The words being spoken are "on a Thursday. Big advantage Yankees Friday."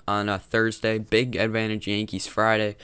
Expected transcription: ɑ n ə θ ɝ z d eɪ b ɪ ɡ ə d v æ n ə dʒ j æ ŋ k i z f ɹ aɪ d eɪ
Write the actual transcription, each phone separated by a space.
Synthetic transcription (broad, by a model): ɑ n ə θ ɝ z d eɪ b ɪ ɡ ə d v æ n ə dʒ j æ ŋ k i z f ɹ aɪ d eɪ